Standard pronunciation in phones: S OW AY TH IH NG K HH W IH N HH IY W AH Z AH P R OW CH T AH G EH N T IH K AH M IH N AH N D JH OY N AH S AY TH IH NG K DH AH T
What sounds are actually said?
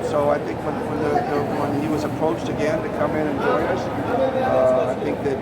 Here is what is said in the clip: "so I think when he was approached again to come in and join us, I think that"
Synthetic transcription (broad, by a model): S OW AY TH IH NG K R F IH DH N IY W AH Z AH P R OW CH T AH G EH N T IH K AH M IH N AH N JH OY AH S AY TH IH NG K DH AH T